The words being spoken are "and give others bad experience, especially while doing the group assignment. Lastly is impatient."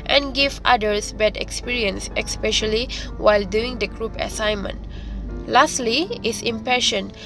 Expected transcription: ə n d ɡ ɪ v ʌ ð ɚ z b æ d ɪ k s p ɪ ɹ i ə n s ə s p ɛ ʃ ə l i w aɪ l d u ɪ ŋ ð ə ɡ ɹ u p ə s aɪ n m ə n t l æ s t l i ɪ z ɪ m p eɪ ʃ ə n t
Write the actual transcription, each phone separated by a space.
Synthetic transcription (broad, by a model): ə n ɡ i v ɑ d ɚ s b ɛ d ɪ k s p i ɹ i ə n s ə s p ɛ ʃ ə l i w aɪ l d u ɪ ŋ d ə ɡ ɹ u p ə s aɪ n m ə n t l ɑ s t l i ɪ s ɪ m p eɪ ʃ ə n